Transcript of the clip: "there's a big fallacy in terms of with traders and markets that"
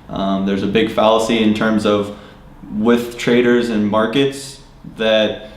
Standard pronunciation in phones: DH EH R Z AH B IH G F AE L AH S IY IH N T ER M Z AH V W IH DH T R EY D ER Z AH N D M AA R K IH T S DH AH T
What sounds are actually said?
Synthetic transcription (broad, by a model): DH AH R Z AH B IH G F AE L AH S IY IH N T ER M Z AH V W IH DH T R EY D ER Z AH N M AA R K IH T S DH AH T